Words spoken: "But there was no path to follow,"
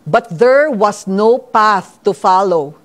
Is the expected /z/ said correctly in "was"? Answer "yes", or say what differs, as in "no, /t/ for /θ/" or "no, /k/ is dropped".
no, /s/ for /z/